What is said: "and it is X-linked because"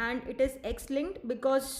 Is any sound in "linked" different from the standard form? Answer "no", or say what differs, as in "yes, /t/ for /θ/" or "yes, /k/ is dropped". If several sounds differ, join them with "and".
yes, /k/ is dropped